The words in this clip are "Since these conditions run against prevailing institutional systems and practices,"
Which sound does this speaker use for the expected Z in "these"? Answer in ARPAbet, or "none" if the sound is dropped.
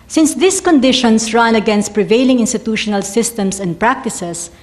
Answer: S